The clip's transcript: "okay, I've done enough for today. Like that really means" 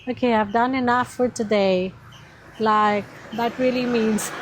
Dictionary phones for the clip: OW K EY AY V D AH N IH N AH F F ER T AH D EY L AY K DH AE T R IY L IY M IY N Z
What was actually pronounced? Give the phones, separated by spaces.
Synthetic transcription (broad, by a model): OW K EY AY V D AH N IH N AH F F ER T AH D EY L AY K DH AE T R IY L IY M IY N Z